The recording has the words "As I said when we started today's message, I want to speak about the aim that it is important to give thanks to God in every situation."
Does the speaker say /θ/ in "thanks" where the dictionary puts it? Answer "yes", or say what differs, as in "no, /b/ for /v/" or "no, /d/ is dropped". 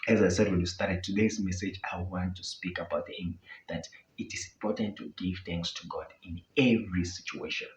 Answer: yes